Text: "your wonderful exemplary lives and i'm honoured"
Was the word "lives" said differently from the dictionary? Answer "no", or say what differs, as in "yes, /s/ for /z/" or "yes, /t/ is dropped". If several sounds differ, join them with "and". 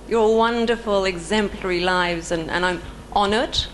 no